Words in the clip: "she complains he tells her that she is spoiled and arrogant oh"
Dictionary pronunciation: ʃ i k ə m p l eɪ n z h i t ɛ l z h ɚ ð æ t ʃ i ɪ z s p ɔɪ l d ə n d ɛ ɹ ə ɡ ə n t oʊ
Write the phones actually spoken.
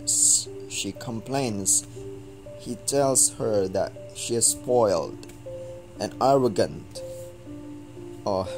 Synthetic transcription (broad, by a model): ʃ i k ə m p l eɪ n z h i t ɛ l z h ɚ ð æ t ʃ i ɪ z s p ɔɪ l d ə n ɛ ɹ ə ɡ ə n t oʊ